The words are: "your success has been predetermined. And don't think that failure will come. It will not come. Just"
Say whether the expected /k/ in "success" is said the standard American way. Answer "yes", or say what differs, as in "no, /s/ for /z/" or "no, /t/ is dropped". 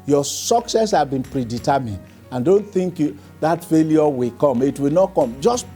yes